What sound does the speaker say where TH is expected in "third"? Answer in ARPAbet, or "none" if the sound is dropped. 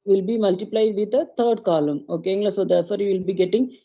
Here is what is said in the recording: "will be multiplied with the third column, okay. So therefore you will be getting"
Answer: T